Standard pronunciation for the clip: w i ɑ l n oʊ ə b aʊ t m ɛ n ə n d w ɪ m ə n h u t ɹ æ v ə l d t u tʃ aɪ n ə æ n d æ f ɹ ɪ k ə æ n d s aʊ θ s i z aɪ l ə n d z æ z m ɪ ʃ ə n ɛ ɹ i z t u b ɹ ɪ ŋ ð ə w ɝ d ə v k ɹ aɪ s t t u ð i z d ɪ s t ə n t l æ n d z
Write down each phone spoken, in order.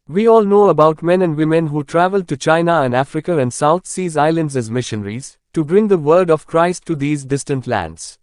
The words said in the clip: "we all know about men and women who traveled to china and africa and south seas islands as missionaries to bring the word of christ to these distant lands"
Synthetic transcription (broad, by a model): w i ɑ l n oʊ ə b aʊ t m ɛ n ə n d w ɪ m ə n h u t ɹ æ v ə l d t u tʃ aɪ n ə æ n d æ f ɹ ɪ k ə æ n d s aʊ t s i z aɪ l ə n d z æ z m ɪ ʃ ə n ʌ ɹ i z t u b ɹ ɪ ŋ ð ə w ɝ d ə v k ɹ aɪ s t t u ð i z d ɪ s t ə n t l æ n d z